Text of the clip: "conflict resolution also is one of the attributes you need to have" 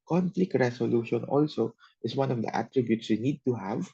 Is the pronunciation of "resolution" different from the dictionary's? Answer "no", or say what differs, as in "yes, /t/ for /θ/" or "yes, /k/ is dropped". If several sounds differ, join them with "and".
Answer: yes, /s/ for /z/